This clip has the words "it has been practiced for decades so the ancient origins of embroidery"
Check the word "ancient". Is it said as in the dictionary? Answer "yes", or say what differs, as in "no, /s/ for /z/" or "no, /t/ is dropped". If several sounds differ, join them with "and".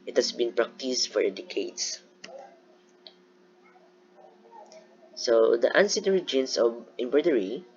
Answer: no, /s/ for /ʃ/